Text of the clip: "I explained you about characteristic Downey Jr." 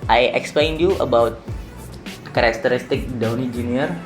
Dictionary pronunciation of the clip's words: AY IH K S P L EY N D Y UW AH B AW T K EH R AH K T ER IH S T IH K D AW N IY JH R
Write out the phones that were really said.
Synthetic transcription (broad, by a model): AY IH K S P L EY N D Y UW AH B AW T K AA R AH K T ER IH S T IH K D AW N IY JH R